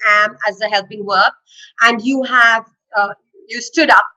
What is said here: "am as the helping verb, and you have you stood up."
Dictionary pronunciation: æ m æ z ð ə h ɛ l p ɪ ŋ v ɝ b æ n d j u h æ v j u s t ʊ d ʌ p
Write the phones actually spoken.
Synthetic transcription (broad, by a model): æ m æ z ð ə h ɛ l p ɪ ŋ w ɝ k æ n d j u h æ v j u s t ʊ d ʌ p